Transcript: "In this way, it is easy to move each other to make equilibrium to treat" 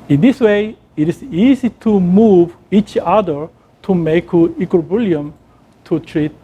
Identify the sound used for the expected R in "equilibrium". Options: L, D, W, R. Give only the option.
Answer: L